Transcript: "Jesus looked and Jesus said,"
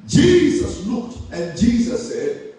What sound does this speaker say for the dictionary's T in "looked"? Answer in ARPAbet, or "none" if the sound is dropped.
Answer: T